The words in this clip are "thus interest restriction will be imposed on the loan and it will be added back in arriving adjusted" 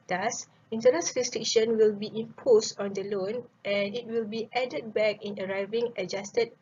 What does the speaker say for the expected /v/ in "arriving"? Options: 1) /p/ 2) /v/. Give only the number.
2